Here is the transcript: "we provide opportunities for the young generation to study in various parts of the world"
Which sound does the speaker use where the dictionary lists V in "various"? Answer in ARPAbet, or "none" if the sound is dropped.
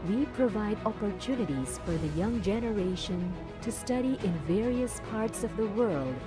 V